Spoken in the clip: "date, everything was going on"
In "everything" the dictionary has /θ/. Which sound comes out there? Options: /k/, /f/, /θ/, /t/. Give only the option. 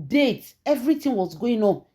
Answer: /t/